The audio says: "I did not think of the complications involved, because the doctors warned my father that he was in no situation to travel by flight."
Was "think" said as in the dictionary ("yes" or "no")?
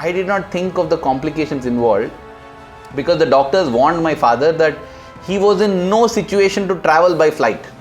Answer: no